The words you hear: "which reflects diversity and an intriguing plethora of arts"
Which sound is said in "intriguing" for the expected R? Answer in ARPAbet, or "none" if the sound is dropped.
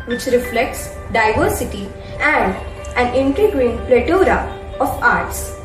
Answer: none